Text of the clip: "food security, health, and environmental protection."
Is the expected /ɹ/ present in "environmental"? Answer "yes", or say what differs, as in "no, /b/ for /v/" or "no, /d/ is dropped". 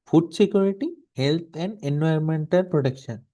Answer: no, /ɹ/ is dropped